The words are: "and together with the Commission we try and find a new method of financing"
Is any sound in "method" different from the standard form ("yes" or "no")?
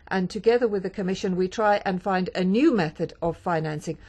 no